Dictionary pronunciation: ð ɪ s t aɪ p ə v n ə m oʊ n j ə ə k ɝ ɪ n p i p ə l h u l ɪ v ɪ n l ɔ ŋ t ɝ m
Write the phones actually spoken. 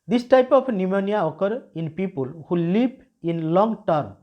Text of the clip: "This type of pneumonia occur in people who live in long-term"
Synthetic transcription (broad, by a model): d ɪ s t aɪ p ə p n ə m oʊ n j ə ə k ɝ ɪ n p i p ə l h u l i p ɪ n l ɔ ŋ t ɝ m